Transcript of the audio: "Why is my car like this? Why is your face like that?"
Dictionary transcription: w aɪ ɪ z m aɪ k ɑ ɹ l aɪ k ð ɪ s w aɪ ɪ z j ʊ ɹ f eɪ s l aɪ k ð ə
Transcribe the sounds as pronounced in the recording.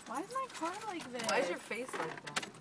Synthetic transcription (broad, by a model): w aɪ ɪ z m aɪ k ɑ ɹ l aɪ k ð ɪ w aɪ ɪ z j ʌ ɹ f eɪ s l aɪ k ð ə